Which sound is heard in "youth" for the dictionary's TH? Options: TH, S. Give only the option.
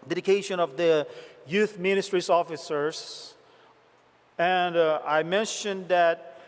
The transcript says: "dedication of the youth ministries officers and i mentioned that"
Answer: TH